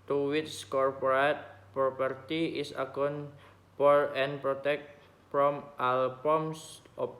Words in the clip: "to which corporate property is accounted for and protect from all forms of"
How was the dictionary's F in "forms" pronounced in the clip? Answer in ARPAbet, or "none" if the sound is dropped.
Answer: P